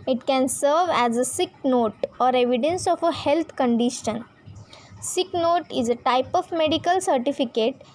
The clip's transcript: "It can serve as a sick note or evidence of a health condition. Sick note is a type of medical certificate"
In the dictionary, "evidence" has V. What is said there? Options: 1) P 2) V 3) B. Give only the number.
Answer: 2